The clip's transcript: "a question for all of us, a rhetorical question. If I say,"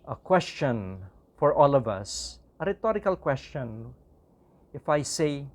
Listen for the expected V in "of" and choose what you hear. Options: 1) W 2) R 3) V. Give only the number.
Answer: 3